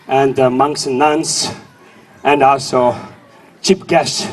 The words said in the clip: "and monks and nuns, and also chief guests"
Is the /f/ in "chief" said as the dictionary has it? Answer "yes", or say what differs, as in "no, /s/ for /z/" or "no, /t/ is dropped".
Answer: no, /p/ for /f/